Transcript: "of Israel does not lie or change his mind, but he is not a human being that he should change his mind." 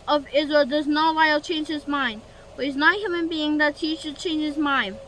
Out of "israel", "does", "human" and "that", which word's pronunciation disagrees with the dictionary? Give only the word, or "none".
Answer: none